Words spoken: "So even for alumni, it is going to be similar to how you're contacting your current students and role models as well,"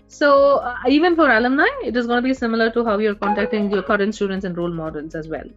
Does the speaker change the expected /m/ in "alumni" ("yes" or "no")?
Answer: no